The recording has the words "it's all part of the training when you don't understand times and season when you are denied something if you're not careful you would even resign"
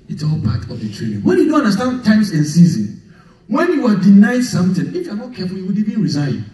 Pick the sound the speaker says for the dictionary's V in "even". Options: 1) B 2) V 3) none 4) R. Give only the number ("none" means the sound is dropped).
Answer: 1